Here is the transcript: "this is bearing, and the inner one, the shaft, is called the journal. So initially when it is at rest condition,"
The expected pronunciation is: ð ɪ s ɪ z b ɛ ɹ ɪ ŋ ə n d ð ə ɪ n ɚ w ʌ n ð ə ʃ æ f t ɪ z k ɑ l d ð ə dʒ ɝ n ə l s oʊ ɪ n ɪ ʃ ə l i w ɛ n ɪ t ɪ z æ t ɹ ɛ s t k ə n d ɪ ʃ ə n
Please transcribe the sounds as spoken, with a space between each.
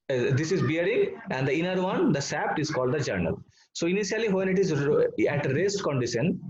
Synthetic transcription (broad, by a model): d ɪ s ɪ z b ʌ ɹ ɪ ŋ ə n d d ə ɪ n ɚ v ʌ n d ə s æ p t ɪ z k ɑ l d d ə dʒ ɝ n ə l s oʊ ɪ n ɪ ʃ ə l i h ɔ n ɪ t ɪ z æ t ɹ ɛ s t k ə n d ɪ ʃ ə n